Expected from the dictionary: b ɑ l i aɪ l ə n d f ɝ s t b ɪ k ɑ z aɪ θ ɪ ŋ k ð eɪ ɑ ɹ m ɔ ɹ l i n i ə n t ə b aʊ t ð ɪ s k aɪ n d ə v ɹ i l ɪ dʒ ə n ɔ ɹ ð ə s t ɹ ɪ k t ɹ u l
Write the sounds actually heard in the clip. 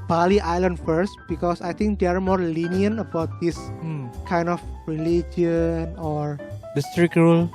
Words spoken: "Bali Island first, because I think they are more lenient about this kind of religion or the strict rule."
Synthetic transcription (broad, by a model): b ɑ l i aɪ l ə n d f ɝ s t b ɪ k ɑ s aɪ t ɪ ŋ k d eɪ ɑ ɹ m ɔ ɹ l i n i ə n ə b aʊ t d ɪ s k aɪ n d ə f ɹ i l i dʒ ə n ɔ ɹ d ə s t ɹ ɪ k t ɹ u l